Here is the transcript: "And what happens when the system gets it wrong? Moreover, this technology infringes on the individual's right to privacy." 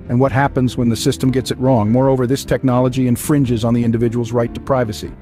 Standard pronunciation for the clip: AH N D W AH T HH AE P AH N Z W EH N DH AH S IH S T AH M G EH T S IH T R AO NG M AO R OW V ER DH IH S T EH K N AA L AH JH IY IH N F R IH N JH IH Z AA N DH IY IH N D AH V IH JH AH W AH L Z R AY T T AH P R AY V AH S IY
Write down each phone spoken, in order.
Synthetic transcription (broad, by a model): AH N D W AH T HH AE P AH N Z W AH N DH AH S IH S T AH M G EH T S IH T R AO NG M AO R OW V ER DH IH S T EH K N AA L AH JH IY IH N F R IH N JH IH Z N DH IY IH N D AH V IH JH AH W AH L Z R AY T T AH P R AY V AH S IY